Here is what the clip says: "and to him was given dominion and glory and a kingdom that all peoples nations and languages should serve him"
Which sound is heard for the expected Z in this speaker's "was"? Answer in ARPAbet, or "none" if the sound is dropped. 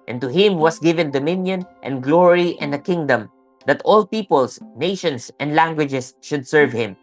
S